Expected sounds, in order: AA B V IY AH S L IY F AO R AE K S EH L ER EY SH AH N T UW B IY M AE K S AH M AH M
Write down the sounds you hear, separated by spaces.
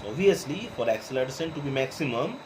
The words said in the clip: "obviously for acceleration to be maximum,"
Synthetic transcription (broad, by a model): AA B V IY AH S L IY F AO R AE K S L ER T S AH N T UW B IY M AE K S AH M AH M